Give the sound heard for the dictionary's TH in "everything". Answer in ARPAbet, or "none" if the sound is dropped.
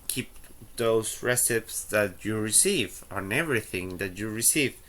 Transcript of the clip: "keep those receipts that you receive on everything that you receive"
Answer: TH